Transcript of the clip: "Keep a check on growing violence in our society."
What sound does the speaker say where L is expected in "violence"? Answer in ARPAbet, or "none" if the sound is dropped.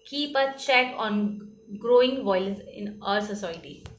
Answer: none